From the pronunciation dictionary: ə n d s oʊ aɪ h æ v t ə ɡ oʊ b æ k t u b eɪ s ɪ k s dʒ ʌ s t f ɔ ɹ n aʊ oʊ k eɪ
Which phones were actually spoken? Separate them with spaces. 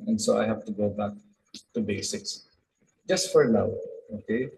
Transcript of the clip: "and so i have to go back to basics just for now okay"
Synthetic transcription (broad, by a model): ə n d s oʊ aɪ h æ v t ə ɡ oʊ b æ k t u b eɪ s ɪ k s dʒ ʌ s t f ɔ ɹ l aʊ oʊ k eɪ